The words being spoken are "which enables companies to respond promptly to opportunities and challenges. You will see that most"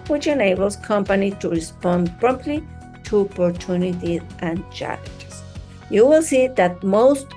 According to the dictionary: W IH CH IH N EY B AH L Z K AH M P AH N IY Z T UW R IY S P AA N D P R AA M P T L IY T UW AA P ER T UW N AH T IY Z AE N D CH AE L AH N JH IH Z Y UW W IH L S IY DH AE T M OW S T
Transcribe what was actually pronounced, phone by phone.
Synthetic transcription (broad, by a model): W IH CH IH N EY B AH L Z K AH M P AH N IY T UW R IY S P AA N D P R AA M P T L IY T UW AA P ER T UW N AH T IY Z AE N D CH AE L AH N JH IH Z Y UW W IH L S IY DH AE T M OW S T